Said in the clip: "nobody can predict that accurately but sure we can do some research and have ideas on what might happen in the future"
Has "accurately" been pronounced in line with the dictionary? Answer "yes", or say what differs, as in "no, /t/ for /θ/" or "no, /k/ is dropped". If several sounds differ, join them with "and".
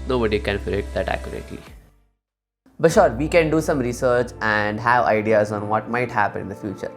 no, /l/ is dropped